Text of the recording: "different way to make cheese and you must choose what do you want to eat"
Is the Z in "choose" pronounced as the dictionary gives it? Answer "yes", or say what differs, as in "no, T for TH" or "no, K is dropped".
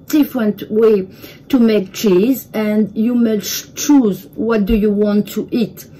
yes